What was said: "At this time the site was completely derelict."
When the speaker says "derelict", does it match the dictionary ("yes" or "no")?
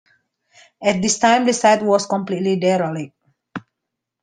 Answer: no